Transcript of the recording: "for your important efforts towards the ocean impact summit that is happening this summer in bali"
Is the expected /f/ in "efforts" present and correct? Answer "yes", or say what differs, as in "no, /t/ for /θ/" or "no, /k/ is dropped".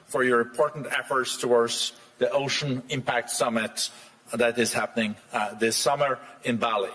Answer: yes